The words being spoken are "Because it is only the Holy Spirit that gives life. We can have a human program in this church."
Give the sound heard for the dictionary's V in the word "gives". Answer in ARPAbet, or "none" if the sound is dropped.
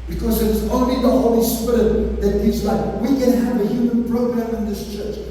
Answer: none